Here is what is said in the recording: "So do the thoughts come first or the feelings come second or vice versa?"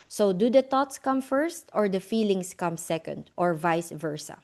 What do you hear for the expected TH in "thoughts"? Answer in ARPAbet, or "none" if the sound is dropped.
T